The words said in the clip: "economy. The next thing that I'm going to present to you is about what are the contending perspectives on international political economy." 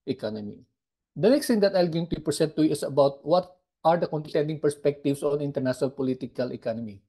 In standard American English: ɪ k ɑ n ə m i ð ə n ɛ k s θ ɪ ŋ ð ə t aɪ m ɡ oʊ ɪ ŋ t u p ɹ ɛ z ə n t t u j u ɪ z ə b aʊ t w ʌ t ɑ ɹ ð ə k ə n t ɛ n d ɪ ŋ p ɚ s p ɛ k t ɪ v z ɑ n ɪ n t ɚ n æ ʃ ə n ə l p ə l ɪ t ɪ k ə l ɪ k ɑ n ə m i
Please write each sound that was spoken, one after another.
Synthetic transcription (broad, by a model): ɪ k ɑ n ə m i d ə n ɛ k s t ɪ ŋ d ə t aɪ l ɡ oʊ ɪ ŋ t u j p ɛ s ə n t t u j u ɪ s ə b aʊ t w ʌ t ɑ ɹ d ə k ə n t ɛ n d ɪ ŋ p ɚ s p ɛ k t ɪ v s ɑ n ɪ n t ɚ n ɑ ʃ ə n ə l p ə l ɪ t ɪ k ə l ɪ k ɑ n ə m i